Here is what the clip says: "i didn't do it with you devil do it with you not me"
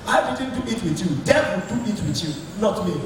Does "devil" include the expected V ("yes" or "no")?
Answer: no